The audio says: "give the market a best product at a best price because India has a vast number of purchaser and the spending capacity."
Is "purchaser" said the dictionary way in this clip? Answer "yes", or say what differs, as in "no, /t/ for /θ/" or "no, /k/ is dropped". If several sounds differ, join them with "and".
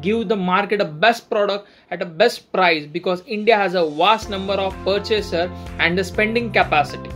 yes